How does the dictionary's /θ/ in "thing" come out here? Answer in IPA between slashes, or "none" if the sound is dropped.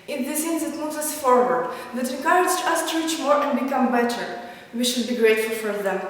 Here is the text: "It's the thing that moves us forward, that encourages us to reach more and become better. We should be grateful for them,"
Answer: /s/